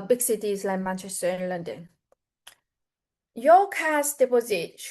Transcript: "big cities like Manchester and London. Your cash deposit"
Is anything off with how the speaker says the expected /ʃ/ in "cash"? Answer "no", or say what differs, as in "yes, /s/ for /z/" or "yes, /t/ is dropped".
yes, /s/ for /ʃ/